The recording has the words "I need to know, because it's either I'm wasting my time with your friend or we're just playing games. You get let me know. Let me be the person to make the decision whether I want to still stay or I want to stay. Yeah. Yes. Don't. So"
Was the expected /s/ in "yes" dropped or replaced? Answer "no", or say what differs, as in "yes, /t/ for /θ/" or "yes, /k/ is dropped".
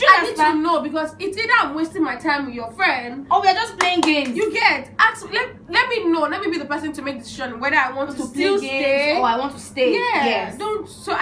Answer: yes, /s/ is dropped